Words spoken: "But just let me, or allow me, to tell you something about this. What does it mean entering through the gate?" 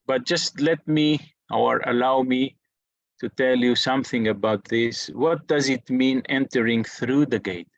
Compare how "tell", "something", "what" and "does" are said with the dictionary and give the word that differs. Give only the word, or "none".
none